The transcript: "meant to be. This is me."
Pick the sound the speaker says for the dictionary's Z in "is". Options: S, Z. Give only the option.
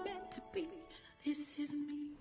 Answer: Z